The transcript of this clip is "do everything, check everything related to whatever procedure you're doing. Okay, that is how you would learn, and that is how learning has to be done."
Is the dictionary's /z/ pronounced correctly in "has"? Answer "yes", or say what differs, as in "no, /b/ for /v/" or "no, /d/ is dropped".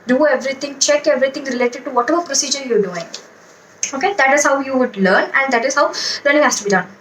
no, /s/ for /z/